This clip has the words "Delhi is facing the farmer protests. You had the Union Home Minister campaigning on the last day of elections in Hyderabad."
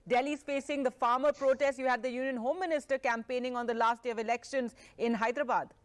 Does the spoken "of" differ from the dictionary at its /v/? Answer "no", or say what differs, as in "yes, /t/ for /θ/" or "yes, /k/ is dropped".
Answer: no